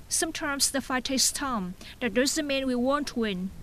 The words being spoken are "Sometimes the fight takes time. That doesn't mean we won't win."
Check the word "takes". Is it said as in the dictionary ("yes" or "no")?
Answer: no